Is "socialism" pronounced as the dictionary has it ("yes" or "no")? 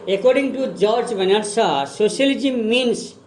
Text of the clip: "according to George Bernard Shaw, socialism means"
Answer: no